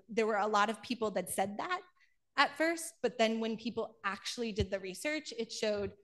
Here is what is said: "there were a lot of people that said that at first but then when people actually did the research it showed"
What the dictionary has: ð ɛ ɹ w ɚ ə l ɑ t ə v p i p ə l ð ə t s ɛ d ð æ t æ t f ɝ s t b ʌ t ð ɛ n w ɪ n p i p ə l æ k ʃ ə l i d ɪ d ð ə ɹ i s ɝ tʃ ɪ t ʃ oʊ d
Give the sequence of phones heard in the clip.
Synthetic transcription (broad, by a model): ð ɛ ɹ w ɚ ə l ɑ t ə v p i p l ð ə t s ɛ d ð æ t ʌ t f ɝ s t b ʌ t ð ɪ n w ɪ n p i p l æ k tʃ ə l i d ɪ d ð ə ɹ i s ɝ tʃ ɪ t ʃ oʊ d